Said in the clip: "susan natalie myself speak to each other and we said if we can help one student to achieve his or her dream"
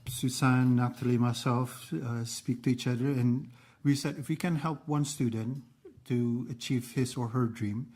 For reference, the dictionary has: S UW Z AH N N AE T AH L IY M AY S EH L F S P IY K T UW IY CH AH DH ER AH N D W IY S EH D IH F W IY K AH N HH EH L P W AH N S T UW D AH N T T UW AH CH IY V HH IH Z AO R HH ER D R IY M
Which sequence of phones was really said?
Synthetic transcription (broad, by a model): S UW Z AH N N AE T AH L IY M AY S EH L F S P IY K T UW IY CH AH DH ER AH N W IY S EH D IH F W IY K AH N HH EH L P W AH N S T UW D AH N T T UW AH CH IY V HH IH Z AO R HH ER D R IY M